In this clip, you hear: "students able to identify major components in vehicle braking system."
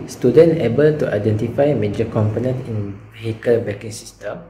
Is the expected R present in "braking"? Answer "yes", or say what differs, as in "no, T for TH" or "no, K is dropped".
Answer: no, R is dropped